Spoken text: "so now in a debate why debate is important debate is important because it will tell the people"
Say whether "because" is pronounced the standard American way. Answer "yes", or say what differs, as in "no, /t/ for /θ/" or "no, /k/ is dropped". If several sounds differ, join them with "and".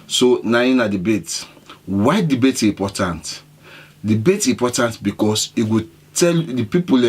no, /s/ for /z/